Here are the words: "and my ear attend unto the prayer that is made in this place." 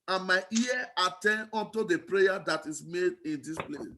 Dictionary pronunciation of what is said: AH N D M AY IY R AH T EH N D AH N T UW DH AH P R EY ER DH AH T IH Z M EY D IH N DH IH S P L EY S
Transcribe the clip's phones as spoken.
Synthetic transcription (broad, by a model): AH N M AY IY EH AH T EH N AO N T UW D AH P R EY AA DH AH T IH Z M EY D IH N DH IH S P L EY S